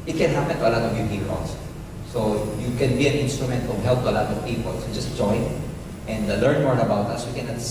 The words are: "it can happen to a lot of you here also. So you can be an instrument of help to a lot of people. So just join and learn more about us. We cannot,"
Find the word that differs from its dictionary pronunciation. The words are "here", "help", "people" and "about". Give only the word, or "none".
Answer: here